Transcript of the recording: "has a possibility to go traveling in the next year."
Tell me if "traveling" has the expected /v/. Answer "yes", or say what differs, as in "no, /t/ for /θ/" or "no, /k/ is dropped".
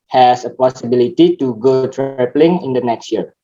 no, /p/ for /v/